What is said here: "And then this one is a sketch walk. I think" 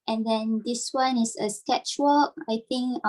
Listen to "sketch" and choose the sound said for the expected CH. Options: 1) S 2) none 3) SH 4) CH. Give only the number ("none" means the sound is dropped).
4